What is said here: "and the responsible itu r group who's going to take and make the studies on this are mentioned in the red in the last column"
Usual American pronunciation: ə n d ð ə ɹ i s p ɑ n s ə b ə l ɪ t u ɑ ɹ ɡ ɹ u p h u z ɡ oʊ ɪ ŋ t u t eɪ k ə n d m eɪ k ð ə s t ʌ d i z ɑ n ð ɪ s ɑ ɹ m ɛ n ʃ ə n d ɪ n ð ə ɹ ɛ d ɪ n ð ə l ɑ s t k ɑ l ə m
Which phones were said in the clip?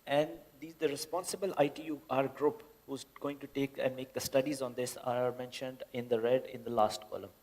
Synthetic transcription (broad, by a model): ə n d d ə ɹ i s p ɑ n s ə b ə l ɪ t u ɑ ɹ ɡ ɹ u p h u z ɡ oʊ ɪ ŋ t u t eɪ k ə n d m eɪ k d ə s t ʌ d i z ɑ n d ɪ s ɑ ɹ m ɛ n ʃ ə n d ɪ n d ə ɹ ɛ d ɪ n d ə l ɑ s t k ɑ l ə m